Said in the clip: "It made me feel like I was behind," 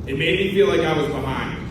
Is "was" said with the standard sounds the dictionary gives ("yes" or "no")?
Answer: yes